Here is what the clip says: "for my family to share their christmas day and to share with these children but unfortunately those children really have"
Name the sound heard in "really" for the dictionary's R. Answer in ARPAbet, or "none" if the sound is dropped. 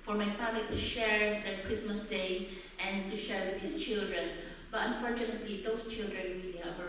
W